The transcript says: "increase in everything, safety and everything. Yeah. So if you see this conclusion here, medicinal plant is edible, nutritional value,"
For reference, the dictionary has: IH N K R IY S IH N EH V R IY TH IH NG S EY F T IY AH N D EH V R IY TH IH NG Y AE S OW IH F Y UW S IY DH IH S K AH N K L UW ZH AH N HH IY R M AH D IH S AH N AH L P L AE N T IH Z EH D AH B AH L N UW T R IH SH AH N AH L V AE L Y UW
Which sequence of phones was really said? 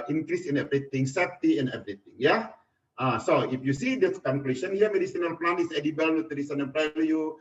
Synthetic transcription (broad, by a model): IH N K R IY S IH N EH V R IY T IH NG S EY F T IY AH N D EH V R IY T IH NG Y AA S OW IH F Y UW S IY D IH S K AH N K L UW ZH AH N HH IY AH M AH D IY S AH N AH L P L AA N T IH S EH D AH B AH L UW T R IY S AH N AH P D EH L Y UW